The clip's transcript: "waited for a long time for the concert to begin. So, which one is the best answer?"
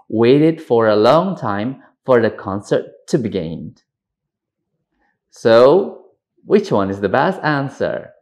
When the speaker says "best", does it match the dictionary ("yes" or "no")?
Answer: yes